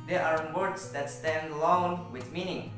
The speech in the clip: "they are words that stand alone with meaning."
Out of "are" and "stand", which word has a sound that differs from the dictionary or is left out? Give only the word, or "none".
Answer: none